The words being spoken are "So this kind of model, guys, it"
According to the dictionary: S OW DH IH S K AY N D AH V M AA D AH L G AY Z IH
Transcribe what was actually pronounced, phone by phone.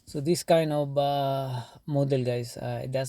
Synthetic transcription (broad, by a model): S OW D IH S K AY N D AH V M AA D AH L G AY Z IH